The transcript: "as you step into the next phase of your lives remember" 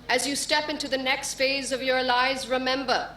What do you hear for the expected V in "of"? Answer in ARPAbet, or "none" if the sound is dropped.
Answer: V